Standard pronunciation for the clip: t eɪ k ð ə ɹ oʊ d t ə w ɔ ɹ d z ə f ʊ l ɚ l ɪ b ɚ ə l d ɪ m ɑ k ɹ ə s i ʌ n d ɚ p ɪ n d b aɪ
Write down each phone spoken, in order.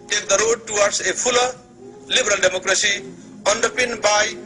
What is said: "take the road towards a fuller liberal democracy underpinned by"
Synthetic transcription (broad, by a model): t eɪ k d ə ɹ oʊ d t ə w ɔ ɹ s ə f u l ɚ l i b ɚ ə l d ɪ m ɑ k ɹ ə s i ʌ n d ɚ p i n b aɪ